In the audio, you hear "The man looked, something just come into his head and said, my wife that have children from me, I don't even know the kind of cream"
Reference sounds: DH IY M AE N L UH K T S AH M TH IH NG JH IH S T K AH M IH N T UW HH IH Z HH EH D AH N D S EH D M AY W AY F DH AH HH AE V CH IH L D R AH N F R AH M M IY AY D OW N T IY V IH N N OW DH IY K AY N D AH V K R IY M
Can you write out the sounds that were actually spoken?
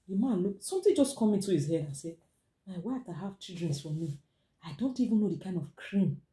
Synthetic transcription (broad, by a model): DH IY M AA N L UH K S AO M T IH JH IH S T K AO M IH N T UW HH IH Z HH EH D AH N S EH M AY W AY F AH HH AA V CH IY L D R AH N F R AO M M IY AY D OW N T IY V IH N N OW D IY K AY N D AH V K R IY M